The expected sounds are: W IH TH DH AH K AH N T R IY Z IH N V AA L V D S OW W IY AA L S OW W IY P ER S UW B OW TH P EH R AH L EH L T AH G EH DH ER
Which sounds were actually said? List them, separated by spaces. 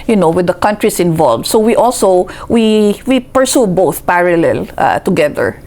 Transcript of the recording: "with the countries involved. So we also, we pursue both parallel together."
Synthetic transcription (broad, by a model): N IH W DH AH K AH N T R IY S IH N V AA L V D S OW W IY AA L S OW W IY P ER S UW B OW TH P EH R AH L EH L T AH G EH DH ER